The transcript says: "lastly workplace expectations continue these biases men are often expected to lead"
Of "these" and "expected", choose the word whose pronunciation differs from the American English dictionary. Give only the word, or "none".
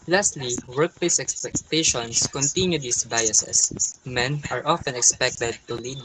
these